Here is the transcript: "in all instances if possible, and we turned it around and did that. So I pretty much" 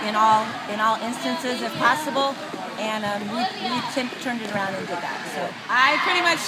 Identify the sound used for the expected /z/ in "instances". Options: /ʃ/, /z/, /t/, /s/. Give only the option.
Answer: /z/